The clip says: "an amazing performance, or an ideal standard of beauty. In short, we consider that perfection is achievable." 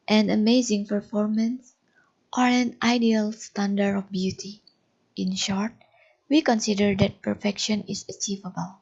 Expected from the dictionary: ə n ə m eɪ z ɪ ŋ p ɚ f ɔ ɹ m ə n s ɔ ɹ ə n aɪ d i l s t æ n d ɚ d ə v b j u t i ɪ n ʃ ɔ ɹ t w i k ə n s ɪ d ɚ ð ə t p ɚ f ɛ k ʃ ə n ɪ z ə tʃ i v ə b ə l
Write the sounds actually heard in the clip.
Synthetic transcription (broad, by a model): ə n ə m eɪ z ɪ ŋ p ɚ f ɔ ɹ m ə n s ɔ ɹ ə n aɪ d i l s t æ n d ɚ ə f b j u t i ɪ n ʃ ɔ ɹ t w i k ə n s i d ɚ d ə t p ɚ f ɛ k ʃ ə n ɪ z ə tʃ i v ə b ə l